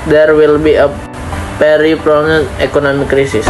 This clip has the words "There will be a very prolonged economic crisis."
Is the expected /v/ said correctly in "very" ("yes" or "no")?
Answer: no